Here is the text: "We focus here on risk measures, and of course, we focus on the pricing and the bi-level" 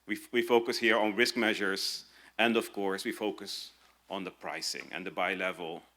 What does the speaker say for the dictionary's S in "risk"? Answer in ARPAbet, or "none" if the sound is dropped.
S